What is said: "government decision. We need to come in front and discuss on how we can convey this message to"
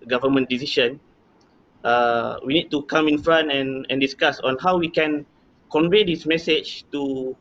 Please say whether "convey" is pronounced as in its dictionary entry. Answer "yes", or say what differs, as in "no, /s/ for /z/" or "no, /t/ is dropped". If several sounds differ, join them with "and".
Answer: yes